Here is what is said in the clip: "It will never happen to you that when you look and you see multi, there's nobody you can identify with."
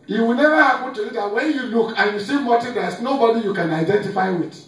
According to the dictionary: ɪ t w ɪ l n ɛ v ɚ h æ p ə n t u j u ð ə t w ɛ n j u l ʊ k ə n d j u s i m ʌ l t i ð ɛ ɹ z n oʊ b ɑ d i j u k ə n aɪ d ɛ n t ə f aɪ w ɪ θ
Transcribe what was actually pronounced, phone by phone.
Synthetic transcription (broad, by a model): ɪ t w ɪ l n ɛ v ɚ h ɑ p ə n t u j u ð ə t w ɛ n j u l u k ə n j u s i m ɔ t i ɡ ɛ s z n oʊ b ɑ d i j u k ə n aɪ d ɛ n t ə f aɪ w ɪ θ